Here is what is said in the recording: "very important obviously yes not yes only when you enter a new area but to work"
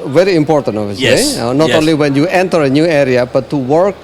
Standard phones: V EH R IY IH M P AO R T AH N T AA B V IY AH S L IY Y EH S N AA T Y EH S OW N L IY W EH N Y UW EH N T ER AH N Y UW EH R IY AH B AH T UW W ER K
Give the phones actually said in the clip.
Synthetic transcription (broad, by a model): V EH R IY IH M P AO R T AH N T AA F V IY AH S IY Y N AA T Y OW N L IY W EH N Y UW EH N T ER AH N Y UW EH R IY AH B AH T UW W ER K